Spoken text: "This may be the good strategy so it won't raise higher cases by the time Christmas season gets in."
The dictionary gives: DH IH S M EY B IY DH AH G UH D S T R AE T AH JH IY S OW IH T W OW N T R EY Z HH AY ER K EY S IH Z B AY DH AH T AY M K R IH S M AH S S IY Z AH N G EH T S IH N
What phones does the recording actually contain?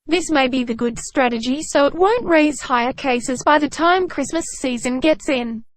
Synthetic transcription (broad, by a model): DH IH S M EY B IY DH AH G UH D S T R AE T AH JH IY S OW IH T W OW N T R EY Z HH AY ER K EY S IH Z B AY DH AH T AY M K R IH S M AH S S IY Z AH N G EH T S IH N